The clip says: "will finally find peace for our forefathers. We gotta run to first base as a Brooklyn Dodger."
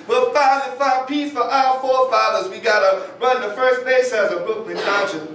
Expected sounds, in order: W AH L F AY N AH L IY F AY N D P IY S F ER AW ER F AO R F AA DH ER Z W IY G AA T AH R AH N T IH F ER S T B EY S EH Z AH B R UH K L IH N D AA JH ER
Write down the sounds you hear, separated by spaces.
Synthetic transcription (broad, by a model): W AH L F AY AH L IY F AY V P IY S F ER AW ER F AO R F AA DH ER Z W IY G AA T AH R AH N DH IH F ER S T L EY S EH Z AH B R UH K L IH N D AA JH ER